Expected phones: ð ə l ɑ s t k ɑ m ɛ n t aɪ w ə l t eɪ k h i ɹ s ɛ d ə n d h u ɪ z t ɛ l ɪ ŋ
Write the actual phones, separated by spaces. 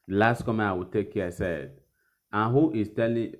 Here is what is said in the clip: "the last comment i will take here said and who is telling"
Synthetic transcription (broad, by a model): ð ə l ɑ s t k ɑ m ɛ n aɪ w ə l t eɪ k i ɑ s ɛ d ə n h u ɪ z t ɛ l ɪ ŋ